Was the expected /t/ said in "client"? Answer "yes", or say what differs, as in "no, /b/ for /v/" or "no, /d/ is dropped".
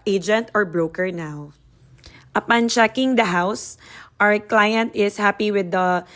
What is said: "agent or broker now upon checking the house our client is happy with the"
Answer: yes